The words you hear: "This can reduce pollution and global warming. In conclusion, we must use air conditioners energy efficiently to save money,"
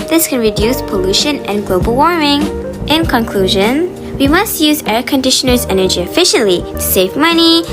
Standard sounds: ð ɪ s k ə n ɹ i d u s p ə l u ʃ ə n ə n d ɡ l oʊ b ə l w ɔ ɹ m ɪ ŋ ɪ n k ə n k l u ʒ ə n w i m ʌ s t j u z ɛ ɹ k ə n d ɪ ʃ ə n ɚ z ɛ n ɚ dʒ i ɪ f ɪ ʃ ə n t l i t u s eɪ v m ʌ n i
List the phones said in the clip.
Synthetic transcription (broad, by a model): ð ɪ s k ə n ɹ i d u s p ə l u ʃ ə n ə n ɡ l oʊ b ə l w ɔ ɹ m ɪ ŋ ɪ n k ə n k l u ʒ ə n w i m ʌ s t j u z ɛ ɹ k ə n d ɪ ʃ ə n ɚ z ɛ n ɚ dʒ i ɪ f ɪ ʃ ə n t l i t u s eɪ v m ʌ n i